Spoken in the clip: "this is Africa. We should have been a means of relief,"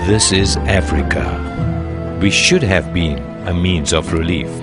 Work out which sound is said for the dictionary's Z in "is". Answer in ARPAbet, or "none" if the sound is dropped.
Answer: Z